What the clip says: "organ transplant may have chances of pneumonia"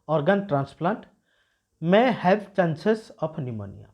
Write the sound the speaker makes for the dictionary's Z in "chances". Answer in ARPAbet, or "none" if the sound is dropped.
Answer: S